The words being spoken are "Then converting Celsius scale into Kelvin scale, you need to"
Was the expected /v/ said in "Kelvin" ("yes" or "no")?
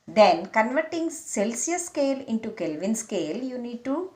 yes